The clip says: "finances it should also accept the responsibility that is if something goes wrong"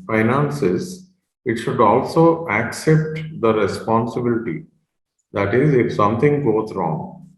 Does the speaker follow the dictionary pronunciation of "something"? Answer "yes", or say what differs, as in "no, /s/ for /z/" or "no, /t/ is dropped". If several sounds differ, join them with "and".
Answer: no, /t/ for /θ/